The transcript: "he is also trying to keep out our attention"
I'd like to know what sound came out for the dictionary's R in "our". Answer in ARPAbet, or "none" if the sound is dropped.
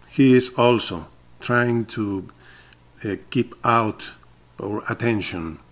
R